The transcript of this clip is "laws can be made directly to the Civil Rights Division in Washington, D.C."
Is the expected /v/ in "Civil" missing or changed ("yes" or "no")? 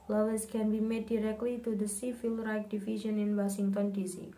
yes